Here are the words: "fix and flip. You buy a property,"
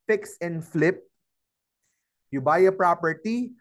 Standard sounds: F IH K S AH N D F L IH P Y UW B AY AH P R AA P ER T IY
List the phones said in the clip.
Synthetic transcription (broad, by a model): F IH K S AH N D F L IH P Y UW B AY AH P R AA P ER T IY